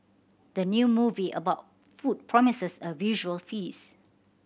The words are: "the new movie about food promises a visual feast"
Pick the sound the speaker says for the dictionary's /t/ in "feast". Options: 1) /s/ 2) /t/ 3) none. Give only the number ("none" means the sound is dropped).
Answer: 3